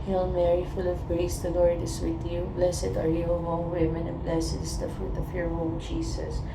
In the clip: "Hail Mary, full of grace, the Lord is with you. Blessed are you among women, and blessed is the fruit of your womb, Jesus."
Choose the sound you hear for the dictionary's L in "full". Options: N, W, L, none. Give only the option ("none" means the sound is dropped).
L